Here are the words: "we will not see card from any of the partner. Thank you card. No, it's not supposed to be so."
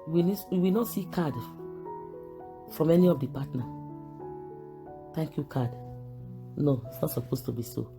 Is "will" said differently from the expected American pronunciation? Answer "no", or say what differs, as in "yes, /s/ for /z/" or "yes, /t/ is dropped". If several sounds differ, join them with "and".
yes, /w/ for /l/